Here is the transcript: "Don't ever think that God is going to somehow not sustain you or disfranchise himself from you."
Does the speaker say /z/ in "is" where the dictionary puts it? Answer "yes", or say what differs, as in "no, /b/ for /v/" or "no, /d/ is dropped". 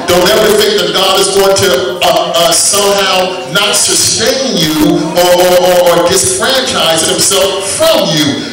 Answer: yes